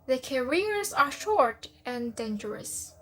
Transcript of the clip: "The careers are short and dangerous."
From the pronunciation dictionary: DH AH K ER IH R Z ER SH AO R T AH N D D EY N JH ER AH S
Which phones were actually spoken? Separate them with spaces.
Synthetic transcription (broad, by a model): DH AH K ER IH R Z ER SH AO R T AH N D D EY N JH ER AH S